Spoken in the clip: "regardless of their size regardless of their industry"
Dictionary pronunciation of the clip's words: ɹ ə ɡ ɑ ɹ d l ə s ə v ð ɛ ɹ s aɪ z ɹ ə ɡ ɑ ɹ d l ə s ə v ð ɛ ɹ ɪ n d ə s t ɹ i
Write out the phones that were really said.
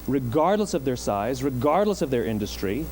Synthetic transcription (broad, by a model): ɹ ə ɡ ɑ ɹ d l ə s ə v ð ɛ ɹ s aɪ z ɹ ə ɡ ɑ ɹ d l ə s ə v ð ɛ ɹ ɪ n d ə s t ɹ i